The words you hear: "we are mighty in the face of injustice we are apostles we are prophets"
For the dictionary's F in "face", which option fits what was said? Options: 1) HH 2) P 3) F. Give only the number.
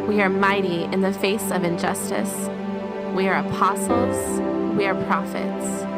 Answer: 3